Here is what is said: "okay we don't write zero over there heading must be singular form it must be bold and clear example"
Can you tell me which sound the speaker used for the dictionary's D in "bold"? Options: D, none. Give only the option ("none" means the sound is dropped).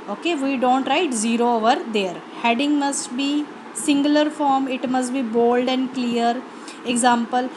D